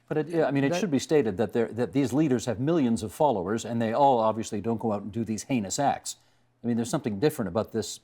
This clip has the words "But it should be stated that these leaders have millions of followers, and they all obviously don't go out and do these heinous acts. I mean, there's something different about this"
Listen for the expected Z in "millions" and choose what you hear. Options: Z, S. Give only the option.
Z